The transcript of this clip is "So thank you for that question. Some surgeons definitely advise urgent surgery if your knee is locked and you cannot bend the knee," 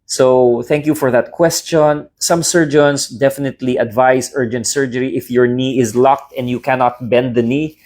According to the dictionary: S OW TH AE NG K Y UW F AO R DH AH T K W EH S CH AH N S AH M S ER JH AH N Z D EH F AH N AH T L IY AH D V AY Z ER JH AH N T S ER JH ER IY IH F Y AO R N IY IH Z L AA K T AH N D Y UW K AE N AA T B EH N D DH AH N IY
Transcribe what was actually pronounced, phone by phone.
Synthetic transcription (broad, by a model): S OW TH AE NG K Y UW F AO R DH AH T K W EH S CH AH N S AH M S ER JH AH N S D EH F AH N AH T L IY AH D V AY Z ER JH AH N T S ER JH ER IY IH F Y AO R N IY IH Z L AA K T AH N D Y UW K AE N AA T B EH N D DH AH N IY